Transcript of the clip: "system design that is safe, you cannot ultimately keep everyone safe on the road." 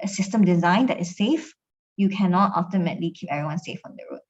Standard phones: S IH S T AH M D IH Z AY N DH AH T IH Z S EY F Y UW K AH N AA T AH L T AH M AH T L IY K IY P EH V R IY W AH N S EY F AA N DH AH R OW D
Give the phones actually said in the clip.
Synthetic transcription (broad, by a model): S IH S T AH M D IH Z AY N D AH T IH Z S EY F Y UW K AH N AA T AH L T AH M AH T L IY K IY P EH V R IY W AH N S EY F AA N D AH R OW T